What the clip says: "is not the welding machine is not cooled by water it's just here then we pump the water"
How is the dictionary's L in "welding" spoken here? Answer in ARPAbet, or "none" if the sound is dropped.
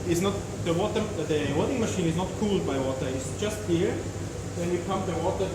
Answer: W